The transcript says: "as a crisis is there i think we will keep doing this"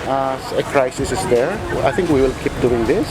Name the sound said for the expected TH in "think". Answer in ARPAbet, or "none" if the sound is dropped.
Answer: T